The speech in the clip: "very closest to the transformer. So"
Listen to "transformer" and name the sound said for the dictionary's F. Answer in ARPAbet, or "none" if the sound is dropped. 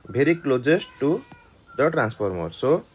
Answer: P